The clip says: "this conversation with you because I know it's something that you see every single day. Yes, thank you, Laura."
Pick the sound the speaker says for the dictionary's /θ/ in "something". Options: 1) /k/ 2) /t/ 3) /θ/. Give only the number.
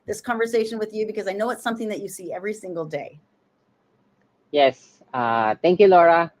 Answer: 3